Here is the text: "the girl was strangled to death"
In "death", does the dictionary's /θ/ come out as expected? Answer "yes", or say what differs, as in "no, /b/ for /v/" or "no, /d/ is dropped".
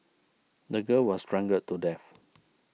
no, /f/ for /θ/